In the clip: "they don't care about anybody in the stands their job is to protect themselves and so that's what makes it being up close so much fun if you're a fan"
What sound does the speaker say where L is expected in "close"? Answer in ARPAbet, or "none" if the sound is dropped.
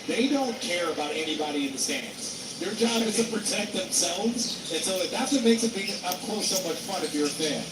none